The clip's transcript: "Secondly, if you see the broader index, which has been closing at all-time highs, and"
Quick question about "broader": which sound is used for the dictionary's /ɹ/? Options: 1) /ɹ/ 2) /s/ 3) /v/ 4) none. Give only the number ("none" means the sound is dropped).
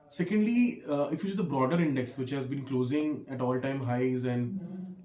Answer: 1